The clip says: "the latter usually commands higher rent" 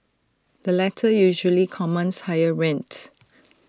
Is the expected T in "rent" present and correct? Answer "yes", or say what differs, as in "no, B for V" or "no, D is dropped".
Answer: yes